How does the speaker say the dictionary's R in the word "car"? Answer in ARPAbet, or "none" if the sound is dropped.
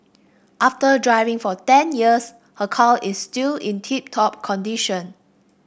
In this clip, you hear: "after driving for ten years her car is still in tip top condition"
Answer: L